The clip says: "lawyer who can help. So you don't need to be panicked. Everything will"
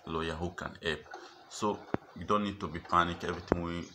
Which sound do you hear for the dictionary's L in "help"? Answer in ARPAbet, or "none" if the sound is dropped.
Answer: none